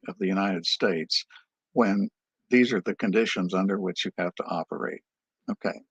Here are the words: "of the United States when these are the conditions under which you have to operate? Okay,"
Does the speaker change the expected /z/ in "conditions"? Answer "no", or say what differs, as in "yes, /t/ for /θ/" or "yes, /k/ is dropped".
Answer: no